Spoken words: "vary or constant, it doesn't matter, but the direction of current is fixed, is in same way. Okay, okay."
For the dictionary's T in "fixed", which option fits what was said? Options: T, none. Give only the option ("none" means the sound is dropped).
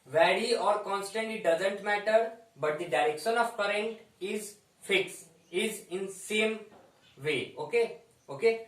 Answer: none